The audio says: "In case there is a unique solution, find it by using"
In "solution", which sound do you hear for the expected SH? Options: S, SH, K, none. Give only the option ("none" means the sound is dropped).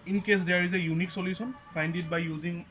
S